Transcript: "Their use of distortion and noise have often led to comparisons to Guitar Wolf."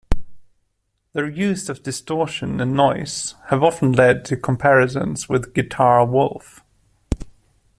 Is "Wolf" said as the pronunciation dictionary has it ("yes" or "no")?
yes